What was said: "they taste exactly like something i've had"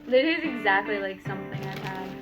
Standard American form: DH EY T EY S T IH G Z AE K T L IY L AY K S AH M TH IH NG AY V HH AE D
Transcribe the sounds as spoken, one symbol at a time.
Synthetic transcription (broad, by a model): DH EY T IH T IH G Z AE K T L IY L AY K S AH M TH IH NG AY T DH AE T